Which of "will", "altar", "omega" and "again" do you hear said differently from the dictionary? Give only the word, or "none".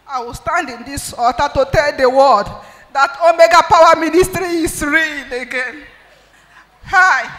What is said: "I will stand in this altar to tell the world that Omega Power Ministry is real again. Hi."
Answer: altar